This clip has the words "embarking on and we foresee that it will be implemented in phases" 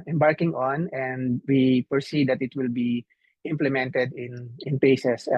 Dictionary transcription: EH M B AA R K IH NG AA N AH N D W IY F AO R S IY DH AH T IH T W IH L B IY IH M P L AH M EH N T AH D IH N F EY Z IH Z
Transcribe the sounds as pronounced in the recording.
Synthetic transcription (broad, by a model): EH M B AA R K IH NG AA N AH N D W IY P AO R S IY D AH T IH T W IH L B IY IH M P L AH M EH N T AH D IH N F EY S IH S